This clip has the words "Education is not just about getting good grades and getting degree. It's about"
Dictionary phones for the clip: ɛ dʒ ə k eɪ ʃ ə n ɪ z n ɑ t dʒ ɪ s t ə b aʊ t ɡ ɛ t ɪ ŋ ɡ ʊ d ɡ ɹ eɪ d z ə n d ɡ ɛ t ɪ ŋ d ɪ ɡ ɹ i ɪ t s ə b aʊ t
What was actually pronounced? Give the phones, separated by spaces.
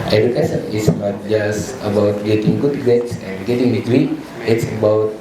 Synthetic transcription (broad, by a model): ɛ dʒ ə k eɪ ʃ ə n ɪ s n ɑ t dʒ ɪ s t ə b aʊ t ɡ ɛ t ɪ ŋ ɡ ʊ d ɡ eɪ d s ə n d ɡ ɛ t ɪ ŋ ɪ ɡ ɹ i ɪ t s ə b aʊ t